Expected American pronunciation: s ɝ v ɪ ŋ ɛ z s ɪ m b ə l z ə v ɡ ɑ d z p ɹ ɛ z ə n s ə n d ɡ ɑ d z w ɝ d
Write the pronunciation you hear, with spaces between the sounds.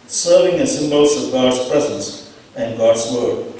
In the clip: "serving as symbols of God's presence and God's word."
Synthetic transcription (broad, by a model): s ɝ v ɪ ŋ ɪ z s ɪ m b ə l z ə v ɡ ɑ d z p ɹ ɛ z ə n s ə n ɡ ɑ d z w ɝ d